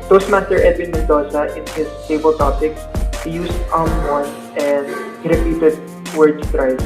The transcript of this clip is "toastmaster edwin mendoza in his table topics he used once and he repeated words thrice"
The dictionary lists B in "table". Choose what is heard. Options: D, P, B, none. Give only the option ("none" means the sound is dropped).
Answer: B